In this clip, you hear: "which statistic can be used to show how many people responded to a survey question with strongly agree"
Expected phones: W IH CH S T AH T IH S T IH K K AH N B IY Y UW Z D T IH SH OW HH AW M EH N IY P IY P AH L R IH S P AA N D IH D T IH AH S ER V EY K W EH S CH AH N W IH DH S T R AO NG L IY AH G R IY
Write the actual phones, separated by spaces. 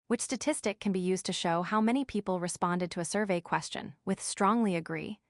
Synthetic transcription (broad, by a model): W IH CH S T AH T IH S T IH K K AH N B IY Y UW Z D T IH SH OW HH AW M EH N IY P IY P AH L R IH S P AA N D IH D T IH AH S ER V EY K W EH S CH AH N W IH DH S T R AO NG L IY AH G R IY